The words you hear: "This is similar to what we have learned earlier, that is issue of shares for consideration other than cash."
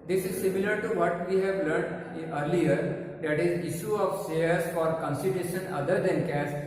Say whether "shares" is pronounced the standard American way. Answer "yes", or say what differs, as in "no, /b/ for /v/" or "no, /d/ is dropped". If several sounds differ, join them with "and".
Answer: no, /s/ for /ʃ/